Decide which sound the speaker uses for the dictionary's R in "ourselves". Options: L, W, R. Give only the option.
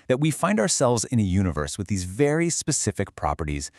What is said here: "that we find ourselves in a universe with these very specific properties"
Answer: R